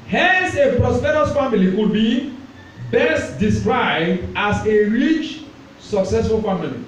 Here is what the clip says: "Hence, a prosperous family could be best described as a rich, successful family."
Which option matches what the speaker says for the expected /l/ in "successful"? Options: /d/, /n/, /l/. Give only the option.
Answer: /l/